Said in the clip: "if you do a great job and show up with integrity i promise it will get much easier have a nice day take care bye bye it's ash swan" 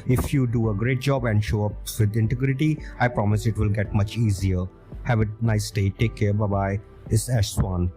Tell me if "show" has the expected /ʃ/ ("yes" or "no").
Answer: yes